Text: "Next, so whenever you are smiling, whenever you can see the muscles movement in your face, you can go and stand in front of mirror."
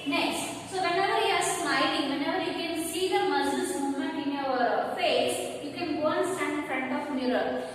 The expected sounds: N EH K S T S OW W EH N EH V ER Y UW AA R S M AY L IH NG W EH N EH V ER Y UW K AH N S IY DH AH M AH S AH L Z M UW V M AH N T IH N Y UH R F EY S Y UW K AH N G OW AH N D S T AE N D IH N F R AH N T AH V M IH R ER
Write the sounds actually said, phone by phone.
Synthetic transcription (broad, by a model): N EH K S T S OW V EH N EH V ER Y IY AA R S M AY L IH NG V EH N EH V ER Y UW K AH N S IY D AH M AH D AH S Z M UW M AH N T IH N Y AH R F EY S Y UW K AH N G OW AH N S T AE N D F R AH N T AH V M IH R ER